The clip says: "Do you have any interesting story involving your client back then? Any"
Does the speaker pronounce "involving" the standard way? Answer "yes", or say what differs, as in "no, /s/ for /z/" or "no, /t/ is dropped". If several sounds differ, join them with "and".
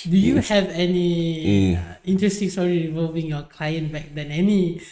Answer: no, /n/ is dropped